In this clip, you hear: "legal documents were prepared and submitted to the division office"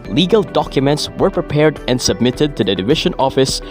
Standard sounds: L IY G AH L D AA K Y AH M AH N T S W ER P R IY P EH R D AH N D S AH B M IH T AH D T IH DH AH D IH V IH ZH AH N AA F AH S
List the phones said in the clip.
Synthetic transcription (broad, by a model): L IY G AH L D AA K Y AH M AH N T S W ER P R IY P EH R D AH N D S AH B M IH T AH D T IH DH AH D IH V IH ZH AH N AA F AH S